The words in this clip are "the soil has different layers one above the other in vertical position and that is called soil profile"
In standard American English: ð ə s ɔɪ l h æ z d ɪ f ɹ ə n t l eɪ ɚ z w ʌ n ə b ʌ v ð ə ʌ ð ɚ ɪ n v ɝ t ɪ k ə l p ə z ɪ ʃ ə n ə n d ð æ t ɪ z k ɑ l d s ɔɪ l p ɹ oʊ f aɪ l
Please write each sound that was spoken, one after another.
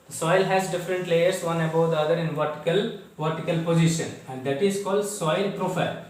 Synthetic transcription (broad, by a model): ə s ɔɪ l h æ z d ɪ f ɹ ə n t l eɪ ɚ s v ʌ n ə b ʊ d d ə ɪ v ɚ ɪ l v ɝ t ɪ k ə l p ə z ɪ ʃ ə n ə n d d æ t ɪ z k ɑ l d s ɔɪ l p ɹ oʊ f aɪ l